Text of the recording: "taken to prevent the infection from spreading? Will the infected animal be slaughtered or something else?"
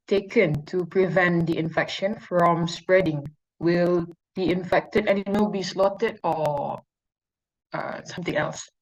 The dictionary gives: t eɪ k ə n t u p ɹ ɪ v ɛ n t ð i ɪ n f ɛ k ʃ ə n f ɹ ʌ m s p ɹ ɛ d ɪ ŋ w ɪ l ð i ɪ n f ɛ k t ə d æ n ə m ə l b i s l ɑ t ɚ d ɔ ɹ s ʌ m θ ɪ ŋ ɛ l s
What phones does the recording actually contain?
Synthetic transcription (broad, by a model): t eɪ k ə n t u p ɹ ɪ v ɛ n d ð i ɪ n f ɛ k ʃ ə n f ɹ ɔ m s p ɹ ɛ d ɪ ŋ w ɪ l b i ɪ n f ɛ k t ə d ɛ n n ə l b i s l ɑ t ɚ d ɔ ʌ s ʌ m t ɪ ŋ ɛ l s